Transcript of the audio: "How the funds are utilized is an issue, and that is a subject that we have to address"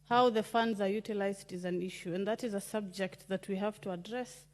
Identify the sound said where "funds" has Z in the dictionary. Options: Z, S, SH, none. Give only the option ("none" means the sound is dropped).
Z